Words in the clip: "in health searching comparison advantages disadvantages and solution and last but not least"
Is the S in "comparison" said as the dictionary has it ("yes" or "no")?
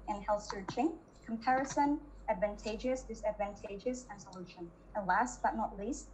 yes